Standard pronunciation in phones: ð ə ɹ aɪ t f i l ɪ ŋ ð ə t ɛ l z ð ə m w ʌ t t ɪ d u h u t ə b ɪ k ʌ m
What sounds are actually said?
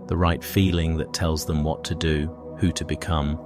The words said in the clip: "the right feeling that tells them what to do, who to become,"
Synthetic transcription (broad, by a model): ð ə ɹ aɪ t f i l ɪ ŋ ð ə t ɛ l z ð ə m w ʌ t t ɪ d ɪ h u t ə b ɪ k ʌ m